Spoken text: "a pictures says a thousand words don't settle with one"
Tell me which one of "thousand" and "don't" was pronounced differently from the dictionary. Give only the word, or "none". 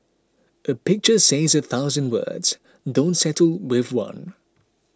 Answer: none